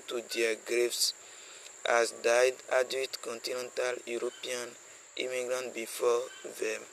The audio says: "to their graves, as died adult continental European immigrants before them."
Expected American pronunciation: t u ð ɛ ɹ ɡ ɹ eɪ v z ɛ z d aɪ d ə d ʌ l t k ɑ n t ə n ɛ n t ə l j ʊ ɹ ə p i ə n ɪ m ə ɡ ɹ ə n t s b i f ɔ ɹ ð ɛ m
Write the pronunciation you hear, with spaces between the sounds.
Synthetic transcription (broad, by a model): t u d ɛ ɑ ɡ ɹ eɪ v s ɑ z d aɪ d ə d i t k ɑ n t ə n ɛ n t ə l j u ɹ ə p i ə n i m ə ɡ ɹ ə n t b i f ɔ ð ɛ m